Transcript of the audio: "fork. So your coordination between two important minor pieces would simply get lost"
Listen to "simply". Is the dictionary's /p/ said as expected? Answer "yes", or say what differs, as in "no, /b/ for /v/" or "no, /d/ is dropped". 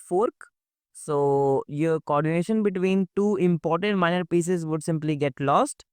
yes